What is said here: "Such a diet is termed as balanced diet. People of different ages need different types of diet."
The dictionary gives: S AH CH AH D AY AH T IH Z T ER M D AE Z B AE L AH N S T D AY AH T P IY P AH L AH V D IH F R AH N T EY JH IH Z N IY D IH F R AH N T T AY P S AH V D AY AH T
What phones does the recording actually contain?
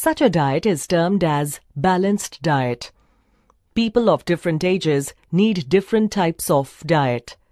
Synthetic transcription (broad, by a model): S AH CH AH D AY AH T IH Z T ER M D AE Z B AE L AH N S T D AY AH T P IY P AH L AH V D IH F R AH N T EY JH IH Z N IY D IH F R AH N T T AY P S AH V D AY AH T